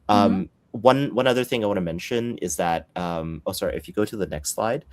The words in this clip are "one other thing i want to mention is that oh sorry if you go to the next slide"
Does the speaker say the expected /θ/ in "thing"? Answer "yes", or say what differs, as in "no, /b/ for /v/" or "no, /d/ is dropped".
yes